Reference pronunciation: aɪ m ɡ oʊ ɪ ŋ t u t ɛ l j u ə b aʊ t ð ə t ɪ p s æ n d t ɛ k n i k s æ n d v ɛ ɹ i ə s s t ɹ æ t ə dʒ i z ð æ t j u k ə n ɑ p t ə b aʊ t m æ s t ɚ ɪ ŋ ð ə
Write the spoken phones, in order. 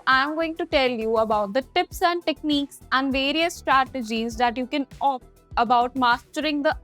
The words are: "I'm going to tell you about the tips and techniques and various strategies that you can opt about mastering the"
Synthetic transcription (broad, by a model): aɪ m ɡ oʊ ɪ ŋ t u t ɛ l j u ə b aʊ t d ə t ɪ p s æ n d t ɛ k n i k s æ n d v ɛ ɹ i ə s s t ɹ æ t ə dʒ i z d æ t j u k ə n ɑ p ə b aʊ t m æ s t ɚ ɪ ŋ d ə